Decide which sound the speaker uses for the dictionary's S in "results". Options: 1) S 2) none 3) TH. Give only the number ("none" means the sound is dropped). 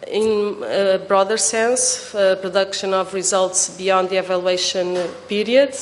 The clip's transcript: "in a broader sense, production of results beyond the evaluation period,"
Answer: 1